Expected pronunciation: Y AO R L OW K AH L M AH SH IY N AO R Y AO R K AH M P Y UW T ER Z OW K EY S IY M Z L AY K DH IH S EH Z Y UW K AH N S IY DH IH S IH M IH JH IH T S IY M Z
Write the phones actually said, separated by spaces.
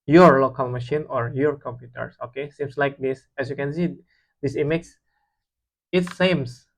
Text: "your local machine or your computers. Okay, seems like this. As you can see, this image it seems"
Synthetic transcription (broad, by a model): Y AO R L OW K AH L M AH SH IY N AO R Y AO R K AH M P Y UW T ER S OW K EY S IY M S L AY K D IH S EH S Y UW K AH N S IY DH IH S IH M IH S IH T S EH M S